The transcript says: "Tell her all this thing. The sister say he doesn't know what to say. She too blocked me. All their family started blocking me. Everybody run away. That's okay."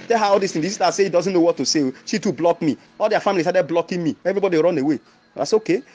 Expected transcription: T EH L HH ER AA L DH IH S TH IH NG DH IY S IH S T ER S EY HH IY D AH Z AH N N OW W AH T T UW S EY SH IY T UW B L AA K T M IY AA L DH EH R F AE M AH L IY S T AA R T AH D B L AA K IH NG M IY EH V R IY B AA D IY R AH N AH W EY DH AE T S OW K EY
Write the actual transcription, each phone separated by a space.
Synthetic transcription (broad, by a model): T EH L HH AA AA L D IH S T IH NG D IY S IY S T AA S EY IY D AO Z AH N N OW W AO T T UW S EY SH IY T UW B L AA K M IY AA L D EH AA F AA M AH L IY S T AA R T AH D B L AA K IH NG M IY EH V R IY B AA D IY R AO N AH W EY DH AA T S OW K EY